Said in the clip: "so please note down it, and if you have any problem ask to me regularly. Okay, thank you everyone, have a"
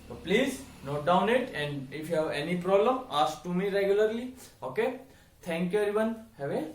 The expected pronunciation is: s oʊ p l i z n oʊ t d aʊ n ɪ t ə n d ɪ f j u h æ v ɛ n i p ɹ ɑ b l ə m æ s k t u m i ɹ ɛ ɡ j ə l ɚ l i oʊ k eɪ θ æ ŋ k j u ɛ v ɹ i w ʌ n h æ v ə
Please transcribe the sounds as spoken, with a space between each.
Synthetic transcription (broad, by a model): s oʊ p l i z n oʊ t d aʊ n ɪ t ə n d ɪ f j u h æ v ɛ n i p ɹ ɑ b l ə m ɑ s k t u m i ɹ ɛ ɡ j ə l ɚ l i oʊ k eɪ t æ ŋ k j u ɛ ɹ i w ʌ n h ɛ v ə